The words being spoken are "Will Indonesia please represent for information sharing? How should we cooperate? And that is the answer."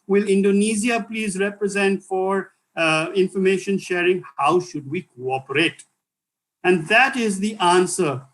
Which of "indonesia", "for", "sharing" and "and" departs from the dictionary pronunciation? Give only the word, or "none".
indonesia